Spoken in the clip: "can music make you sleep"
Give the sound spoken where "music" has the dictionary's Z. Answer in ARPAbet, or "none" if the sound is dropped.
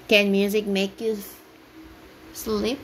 Z